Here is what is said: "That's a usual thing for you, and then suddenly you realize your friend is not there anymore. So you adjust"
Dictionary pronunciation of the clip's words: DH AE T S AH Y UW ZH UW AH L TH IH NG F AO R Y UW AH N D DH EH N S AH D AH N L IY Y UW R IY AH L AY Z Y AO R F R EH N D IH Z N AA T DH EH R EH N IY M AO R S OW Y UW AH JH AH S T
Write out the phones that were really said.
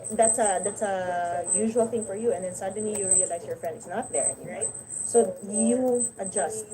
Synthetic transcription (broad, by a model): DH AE T S AH Y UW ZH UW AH L TH IH NG F AO R Y UW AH N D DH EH N S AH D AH N L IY Y UW R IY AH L AY S Y AO R F R EH N D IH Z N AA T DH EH R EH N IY IH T S OW Y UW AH JH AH S T